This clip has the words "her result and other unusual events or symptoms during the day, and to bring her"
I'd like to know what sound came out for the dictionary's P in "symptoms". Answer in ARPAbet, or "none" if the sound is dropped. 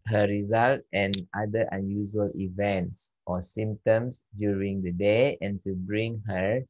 none